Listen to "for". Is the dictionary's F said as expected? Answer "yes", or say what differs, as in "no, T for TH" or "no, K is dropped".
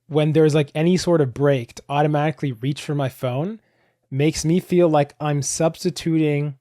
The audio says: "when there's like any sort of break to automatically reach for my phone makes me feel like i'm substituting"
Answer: yes